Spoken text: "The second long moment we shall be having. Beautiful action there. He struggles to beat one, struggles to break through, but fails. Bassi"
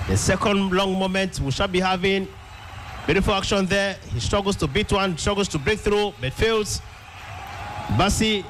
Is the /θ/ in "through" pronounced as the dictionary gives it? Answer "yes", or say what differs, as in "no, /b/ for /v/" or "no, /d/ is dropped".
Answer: yes